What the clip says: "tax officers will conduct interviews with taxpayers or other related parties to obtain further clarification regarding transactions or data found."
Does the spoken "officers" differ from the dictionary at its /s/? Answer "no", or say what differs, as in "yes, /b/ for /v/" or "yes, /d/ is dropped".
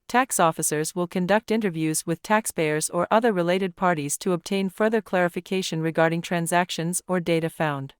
no